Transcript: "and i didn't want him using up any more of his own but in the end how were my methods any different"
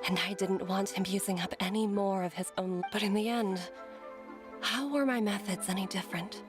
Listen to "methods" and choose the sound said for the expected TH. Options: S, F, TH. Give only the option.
TH